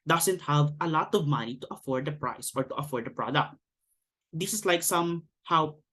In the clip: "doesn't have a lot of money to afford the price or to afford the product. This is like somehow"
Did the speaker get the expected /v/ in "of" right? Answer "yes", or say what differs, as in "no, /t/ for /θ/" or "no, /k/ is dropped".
yes